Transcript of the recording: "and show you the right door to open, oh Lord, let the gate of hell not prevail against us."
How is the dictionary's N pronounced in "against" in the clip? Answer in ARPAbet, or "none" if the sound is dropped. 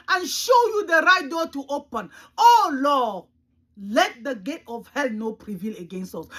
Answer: N